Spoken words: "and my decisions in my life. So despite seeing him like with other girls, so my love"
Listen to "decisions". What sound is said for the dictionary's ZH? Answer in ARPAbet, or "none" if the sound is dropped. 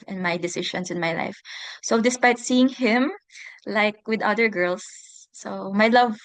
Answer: SH